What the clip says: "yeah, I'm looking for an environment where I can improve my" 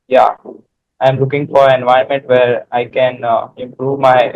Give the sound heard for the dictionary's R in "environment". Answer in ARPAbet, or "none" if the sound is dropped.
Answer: none